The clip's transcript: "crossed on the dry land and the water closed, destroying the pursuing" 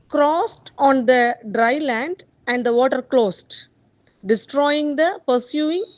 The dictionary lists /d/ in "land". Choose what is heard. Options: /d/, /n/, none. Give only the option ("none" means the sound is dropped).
/d/